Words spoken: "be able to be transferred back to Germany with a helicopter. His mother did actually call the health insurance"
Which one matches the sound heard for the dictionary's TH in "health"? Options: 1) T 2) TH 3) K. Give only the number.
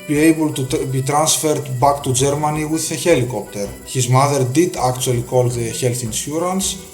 2